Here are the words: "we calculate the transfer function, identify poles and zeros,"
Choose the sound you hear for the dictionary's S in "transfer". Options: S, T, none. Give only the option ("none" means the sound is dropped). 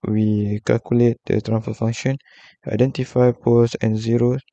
none